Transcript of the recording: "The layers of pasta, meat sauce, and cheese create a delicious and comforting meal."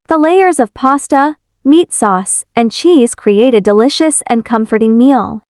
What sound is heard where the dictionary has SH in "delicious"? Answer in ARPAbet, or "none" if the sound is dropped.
SH